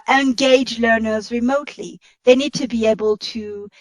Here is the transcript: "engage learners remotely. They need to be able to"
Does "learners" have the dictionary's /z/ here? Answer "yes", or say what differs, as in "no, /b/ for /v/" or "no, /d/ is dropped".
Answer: yes